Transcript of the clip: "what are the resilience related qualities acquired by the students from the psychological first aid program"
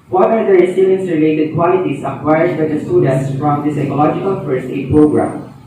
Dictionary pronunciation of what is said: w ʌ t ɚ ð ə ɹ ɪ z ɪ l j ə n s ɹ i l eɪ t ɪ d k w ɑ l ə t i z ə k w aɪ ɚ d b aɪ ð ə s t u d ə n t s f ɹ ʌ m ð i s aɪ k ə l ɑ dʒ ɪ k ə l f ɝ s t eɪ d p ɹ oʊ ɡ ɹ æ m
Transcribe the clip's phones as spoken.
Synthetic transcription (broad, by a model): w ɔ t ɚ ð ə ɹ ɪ s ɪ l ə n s ɹ i l eɪ t ɪ d k w ɑ l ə t i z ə k w aɪ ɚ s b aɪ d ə s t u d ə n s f ɹ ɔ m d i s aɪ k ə l ɑ dʒ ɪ k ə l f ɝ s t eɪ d p ɹ oʊ ɡ ɹ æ m